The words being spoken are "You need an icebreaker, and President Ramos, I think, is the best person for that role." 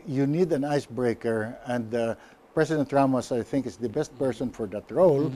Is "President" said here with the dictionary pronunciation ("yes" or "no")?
no